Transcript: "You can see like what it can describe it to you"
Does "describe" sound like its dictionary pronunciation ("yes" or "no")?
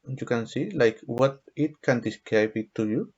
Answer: no